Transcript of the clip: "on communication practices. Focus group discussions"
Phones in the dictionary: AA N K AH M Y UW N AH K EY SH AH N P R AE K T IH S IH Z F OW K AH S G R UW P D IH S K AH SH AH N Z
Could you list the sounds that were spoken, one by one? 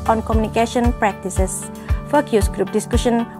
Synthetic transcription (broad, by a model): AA N K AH M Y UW N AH K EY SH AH N P R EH K T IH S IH S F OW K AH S G R UW P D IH S K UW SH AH N